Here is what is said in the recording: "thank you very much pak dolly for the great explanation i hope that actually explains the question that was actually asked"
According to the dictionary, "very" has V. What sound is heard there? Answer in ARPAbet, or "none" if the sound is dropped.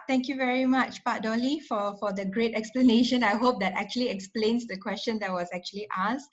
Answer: V